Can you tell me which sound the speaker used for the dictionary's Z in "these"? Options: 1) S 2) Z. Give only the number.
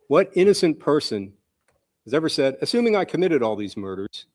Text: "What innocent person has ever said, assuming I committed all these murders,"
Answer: 2